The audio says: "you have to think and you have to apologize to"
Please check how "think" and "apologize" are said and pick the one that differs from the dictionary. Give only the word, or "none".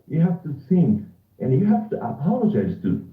think